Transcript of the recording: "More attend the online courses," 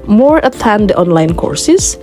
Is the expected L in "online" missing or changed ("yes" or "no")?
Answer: no